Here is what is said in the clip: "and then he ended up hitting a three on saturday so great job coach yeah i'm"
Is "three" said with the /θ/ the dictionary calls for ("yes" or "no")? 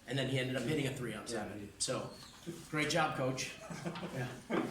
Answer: yes